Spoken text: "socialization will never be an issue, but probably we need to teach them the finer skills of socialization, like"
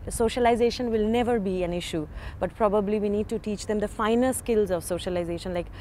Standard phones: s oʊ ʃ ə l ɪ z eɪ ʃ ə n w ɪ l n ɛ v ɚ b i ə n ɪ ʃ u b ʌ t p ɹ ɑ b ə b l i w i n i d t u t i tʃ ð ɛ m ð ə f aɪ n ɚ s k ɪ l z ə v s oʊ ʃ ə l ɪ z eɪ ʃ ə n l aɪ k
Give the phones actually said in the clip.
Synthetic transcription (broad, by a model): s oʊ ʃ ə l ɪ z eɪ ʃ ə n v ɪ l n ɛ v ɚ b i ə n ɪ ʃ u b ʌ t p ɹ ɑ b ə b l i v i n i d t u t i tʃ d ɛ m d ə f aɪ n ɚ s k ɪ l z ə v s oʊ ʃ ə l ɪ z eɪ ʃ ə n l aɪ k